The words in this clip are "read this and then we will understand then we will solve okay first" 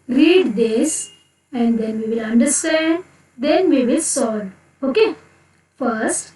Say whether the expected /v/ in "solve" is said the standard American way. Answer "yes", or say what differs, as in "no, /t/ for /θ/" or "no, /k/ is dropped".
no, /v/ is dropped